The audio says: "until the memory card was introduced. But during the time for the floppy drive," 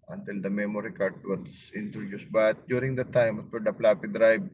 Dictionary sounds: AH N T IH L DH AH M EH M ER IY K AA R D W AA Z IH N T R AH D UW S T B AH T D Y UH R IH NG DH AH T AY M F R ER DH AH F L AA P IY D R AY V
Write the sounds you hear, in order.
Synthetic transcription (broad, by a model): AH N T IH L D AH M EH M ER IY K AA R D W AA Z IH N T R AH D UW S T B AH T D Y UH R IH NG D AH T AY M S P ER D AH P L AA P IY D R AY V